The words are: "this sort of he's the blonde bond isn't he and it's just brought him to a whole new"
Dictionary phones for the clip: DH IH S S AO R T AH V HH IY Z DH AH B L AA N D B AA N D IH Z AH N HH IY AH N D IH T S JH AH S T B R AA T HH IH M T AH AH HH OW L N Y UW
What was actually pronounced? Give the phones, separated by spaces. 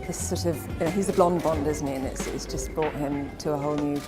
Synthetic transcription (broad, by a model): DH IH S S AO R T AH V HH IY Z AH B L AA N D B AA N D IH Z N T IY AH N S IH T S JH AH S B R AA T HH IH M T AH AH HH OW L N Y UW